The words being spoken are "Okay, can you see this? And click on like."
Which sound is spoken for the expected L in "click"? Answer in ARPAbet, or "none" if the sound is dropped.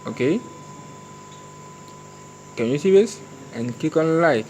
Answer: none